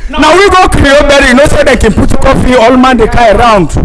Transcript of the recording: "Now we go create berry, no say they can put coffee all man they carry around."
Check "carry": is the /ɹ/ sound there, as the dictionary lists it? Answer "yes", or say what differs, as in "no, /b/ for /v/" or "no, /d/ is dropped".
no, /ɹ/ is dropped